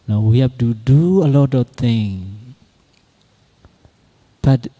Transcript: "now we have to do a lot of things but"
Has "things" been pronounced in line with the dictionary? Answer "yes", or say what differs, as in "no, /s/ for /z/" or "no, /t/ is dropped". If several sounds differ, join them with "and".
no, /z/ is dropped